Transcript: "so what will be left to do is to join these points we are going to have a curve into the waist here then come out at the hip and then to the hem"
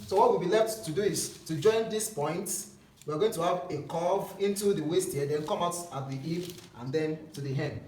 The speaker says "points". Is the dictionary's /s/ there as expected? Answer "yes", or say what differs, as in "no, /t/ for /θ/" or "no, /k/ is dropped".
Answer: no, /s/ is dropped